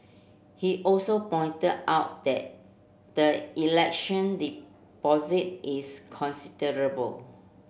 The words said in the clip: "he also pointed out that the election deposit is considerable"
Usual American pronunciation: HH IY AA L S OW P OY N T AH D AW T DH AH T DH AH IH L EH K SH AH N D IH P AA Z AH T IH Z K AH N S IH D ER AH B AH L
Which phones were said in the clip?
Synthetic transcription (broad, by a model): HH IY AA L S OW P OY N T AH D AW T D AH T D AH IH L EH K SH AH N D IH P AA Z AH T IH S K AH N S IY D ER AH B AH L